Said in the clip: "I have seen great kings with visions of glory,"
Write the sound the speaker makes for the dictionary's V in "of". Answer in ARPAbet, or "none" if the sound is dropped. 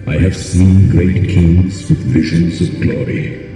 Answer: V